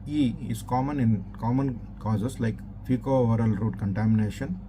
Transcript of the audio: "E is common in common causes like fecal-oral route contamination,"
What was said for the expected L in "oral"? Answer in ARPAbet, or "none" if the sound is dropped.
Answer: L